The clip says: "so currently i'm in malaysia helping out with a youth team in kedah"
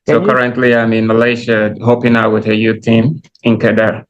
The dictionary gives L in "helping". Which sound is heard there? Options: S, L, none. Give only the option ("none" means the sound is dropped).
none